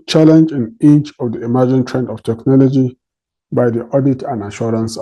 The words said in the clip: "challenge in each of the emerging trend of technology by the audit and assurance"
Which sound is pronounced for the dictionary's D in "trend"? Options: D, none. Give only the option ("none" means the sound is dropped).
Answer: D